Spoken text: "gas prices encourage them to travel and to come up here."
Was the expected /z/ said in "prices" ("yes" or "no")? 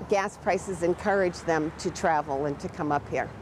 yes